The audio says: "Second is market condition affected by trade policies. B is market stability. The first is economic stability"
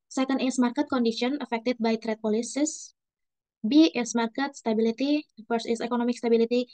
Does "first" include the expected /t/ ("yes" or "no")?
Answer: no